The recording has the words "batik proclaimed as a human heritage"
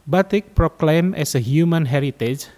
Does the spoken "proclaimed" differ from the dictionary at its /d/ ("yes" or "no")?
yes